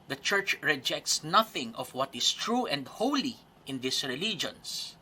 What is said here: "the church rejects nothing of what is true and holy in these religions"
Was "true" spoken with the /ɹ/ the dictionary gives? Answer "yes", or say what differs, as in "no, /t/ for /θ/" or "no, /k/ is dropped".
yes